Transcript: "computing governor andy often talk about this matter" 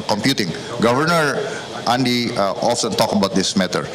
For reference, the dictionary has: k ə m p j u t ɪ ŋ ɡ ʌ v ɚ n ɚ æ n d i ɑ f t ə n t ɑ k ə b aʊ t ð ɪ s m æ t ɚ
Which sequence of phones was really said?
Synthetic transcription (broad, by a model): k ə m p j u t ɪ ŋ ɡ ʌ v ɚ n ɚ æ n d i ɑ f s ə n t ɑ k ə b aʊ t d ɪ s m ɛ t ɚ